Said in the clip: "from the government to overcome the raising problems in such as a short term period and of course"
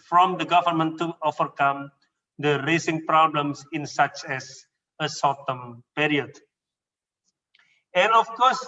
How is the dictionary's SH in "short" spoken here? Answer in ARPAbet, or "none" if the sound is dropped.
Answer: S